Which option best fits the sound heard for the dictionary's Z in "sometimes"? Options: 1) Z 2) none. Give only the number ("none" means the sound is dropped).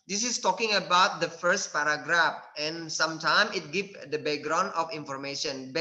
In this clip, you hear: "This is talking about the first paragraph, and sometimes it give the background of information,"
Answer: 2